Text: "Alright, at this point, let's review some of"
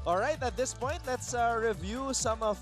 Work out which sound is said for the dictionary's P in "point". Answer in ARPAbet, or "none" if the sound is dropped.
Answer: P